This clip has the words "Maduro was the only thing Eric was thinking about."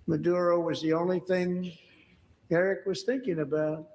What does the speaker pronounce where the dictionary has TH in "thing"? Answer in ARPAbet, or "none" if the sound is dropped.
TH